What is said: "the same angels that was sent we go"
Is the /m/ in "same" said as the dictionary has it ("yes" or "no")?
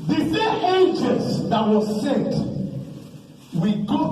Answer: no